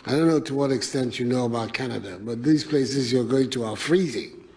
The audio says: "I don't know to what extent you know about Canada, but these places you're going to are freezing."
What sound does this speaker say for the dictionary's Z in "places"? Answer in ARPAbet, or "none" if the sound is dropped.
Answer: Z